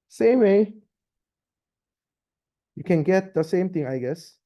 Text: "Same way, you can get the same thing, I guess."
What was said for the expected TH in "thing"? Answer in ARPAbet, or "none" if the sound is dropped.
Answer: T